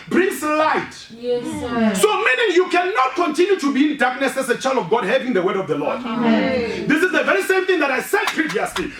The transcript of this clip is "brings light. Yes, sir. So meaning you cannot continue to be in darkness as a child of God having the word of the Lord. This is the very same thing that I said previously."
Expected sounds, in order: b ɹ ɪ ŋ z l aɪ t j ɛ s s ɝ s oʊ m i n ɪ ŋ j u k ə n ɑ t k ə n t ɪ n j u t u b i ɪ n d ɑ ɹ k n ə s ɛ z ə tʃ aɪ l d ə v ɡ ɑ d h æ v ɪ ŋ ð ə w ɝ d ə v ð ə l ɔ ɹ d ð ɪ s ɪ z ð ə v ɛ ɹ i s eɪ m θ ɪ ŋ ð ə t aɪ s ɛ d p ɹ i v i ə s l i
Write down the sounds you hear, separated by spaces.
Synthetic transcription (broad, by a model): b ɹ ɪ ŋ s l aɪ t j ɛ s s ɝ s oʊ m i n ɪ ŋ j u k ə n ɑ t k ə n t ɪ n j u t u b i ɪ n d ɑ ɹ k n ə s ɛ s ə tʃ aɪ l d ə v ɡ ɑ d h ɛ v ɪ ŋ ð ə w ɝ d ə v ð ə l ɔ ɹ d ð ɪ s ɪ z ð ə v ɛ ɹ i s eɪ m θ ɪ ŋ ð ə t aɪ s ɛ d p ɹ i v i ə s l i